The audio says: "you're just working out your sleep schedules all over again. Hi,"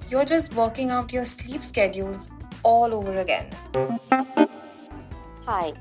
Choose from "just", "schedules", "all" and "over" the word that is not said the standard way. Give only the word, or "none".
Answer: none